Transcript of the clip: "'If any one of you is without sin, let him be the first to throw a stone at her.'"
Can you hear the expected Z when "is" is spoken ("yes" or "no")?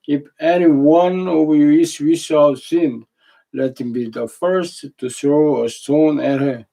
no